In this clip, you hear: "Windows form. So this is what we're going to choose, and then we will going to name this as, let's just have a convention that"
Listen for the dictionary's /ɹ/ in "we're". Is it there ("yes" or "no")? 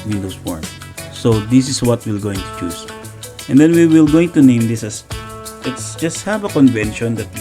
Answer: no